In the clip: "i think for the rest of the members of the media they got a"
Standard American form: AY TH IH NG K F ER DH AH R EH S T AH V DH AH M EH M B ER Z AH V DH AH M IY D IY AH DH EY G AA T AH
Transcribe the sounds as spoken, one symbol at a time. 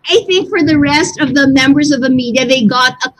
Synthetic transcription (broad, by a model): AY TH IH NG K F ER DH AH R EH S T AH V DH AH M EH M B ER Z AH V DH AH M IY D IY AH DH EY G AA T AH